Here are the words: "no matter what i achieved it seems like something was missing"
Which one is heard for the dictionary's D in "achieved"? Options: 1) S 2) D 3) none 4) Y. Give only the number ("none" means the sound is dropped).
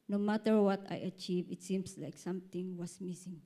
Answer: 3